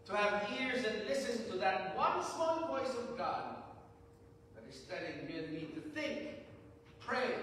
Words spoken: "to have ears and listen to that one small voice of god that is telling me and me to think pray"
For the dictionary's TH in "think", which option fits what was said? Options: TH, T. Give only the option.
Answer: TH